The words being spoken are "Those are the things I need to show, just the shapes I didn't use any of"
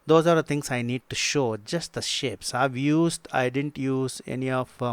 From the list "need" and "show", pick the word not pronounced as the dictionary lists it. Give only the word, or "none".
none